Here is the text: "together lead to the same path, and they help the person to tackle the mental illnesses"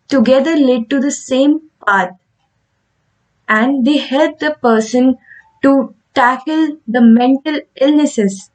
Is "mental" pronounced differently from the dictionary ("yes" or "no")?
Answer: no